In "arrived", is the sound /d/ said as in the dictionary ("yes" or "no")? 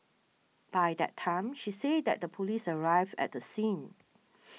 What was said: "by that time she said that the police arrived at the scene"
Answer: no